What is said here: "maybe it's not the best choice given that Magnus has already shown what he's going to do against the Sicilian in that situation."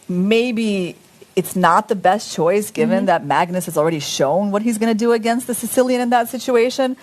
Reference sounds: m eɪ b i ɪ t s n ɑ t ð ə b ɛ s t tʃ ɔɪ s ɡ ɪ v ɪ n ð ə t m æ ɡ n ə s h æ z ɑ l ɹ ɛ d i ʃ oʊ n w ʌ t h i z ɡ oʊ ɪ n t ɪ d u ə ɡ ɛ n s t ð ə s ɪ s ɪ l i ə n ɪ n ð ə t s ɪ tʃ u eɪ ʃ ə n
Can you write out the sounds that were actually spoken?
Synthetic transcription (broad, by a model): m eɪ b i ɪ t s n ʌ t ð ə b ɛ s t tʃ ɔɪ s ɡ ɪ v ɪ n ð ə t m æ ɡ n ə s h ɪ z l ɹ ɛ d i ʃ oʊ n w ʌ t h i z ɡ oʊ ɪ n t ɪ d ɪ ə ɡ ɛ n s t ð ə s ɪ s ɪ l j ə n ɪ n ð ə t s ɪ tʃ u eɪ ʃ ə n